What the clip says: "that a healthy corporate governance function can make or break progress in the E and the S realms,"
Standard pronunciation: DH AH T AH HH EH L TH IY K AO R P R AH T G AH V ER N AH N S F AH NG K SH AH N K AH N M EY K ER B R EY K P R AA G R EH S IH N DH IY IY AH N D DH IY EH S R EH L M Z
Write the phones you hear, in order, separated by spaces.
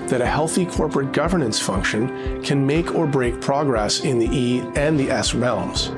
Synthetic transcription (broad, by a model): DH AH T AH HH EH L TH IY K AO R P R AH T G AH V ER N AH N S F AH NG K SH AH N K AH N M EY K ER B R EY K P R AA G R EH S IH N DH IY IY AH N DH IY EH S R EH L M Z